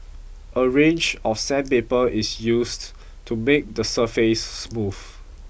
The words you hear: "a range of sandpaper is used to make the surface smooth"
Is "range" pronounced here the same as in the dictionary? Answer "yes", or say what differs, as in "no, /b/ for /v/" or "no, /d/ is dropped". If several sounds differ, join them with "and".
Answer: yes